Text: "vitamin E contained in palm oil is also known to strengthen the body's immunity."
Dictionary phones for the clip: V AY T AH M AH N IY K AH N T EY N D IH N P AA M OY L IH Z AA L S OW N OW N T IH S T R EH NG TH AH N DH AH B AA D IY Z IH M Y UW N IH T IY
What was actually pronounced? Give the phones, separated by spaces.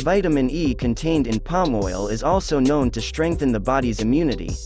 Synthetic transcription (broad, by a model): V AY T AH M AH N IY K AH N T EY N D IH N P AA M OY L IH Z AA L S OW N OW N T IH S T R EH NG TH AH N DH AH B AA D IY Z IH M Y UW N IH T IY